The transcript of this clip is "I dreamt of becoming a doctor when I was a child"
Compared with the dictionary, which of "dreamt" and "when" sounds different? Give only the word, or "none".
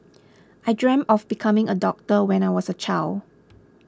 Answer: dreamt